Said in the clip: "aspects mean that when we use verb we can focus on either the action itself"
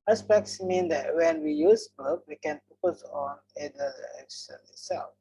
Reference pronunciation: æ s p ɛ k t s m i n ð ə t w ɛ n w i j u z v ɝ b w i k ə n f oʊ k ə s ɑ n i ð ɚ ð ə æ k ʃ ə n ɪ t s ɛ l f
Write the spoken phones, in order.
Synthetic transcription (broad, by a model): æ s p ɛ k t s m i n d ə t w ɛ n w i j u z b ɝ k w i k ə n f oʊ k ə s ɑ n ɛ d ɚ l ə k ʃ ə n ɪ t s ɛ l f